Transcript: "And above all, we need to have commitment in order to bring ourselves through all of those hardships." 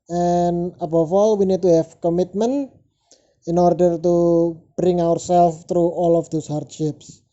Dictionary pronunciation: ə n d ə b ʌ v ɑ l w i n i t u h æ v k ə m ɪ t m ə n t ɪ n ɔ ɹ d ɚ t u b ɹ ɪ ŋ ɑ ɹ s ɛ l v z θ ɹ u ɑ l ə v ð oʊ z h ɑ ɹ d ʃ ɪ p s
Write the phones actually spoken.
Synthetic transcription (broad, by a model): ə n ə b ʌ f ɑ l w i n i t u h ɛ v k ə m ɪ t m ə n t ɪ n ɔ ɹ d ɚ t u b ɹ ɪ ŋ ɑ ɹ s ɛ l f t ɹ u ɑ l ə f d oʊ s h ɑ ɹ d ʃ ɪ p s